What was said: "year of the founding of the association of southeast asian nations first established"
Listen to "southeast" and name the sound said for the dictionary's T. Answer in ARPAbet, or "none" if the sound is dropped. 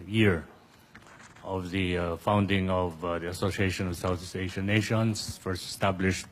none